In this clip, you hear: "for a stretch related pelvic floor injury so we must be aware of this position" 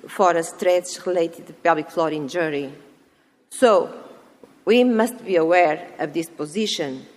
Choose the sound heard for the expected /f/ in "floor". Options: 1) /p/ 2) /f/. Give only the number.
2